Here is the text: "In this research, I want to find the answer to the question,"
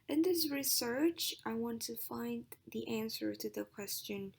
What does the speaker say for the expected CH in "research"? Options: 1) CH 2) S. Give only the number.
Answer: 1